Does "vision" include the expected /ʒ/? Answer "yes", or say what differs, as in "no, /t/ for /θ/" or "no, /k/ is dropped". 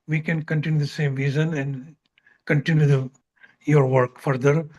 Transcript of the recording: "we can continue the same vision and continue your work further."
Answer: no, /z/ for /ʒ/